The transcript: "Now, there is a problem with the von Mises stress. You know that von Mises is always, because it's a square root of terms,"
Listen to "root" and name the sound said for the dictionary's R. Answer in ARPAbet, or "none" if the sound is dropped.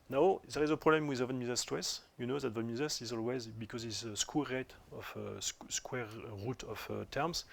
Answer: W